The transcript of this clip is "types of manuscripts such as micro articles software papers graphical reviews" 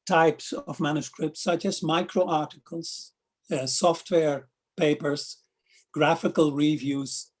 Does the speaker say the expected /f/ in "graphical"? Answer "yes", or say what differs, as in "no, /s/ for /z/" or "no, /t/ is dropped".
yes